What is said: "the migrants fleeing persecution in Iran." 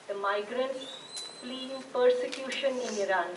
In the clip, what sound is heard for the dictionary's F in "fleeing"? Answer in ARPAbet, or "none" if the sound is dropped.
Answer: P